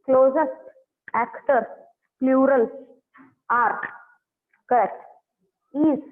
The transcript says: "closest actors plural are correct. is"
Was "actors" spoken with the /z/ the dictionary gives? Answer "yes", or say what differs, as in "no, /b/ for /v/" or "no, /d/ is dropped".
no, /z/ is dropped